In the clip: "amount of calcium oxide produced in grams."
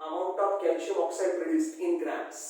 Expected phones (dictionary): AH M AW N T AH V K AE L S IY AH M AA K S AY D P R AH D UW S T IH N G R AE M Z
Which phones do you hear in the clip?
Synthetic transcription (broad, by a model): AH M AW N T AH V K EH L SH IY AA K S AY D P R AH D UW S T IH N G R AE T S